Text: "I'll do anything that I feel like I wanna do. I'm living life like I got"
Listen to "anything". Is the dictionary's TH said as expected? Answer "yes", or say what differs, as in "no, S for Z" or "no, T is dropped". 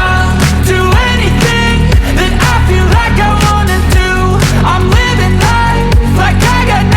yes